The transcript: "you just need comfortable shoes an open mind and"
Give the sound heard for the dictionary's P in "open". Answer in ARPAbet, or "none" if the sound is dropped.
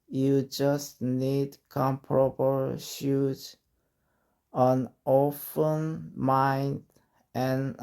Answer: F